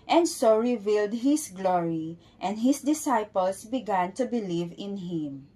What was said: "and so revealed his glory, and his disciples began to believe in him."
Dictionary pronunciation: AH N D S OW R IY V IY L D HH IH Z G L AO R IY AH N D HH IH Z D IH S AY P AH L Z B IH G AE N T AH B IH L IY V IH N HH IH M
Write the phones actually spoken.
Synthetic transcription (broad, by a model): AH N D S OW R IY V IY L D HH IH S G L AO R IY AH N D HH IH S D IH S AY P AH L S B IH G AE N T AH B IH L IY V IH N HH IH M